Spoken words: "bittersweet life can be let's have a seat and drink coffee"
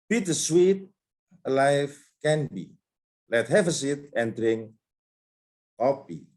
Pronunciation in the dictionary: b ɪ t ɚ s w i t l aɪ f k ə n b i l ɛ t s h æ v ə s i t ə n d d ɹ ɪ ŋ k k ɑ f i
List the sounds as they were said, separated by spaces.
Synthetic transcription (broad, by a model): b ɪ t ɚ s w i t l aɪ f k ə n b i l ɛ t h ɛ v ə s i t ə n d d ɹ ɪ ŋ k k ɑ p i